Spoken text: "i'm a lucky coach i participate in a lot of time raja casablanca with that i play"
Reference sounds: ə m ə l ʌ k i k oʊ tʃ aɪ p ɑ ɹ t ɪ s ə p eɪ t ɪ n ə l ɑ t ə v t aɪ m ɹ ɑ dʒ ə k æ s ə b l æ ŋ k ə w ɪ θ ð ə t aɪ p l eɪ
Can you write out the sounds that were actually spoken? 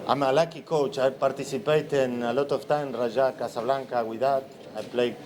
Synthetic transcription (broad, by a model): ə m ə l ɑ k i k oʊ tʃ aɪ p ɑ ɹ t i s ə p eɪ t ɪ n ə l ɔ t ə f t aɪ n ɹ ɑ ʒ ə k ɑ s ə b l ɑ ŋ k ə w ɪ ð ə t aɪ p l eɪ